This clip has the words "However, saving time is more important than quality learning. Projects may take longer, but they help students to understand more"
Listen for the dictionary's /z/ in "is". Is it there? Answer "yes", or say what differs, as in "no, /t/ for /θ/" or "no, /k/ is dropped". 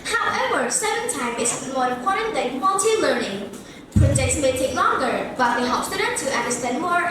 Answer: no, /s/ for /z/